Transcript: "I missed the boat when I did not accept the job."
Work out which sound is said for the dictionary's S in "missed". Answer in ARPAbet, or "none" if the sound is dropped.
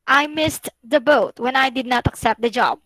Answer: S